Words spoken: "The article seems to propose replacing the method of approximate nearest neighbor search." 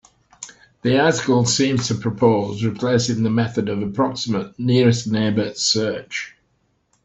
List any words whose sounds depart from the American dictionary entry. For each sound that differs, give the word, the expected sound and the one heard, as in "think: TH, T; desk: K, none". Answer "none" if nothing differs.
none